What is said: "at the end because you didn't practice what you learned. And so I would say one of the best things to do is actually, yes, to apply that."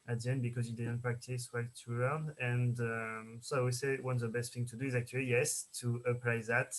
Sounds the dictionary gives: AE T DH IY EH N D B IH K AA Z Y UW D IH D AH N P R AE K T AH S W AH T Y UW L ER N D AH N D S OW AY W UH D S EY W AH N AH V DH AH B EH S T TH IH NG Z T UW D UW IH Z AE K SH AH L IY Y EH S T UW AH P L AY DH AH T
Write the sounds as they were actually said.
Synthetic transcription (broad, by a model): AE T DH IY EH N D B IH K AA Z Y UW D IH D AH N P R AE K T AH S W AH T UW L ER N AH N D S OW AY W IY S EY W AH N DH AH B EH S T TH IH NG T UW D UW IH Z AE K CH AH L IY Y EH S T UW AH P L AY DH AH T